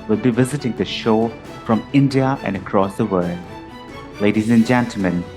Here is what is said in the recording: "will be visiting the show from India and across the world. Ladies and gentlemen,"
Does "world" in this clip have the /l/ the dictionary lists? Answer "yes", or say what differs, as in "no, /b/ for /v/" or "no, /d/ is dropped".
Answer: yes